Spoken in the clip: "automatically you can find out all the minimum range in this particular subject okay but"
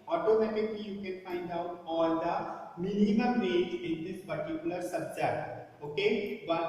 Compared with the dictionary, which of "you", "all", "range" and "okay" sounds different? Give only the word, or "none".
range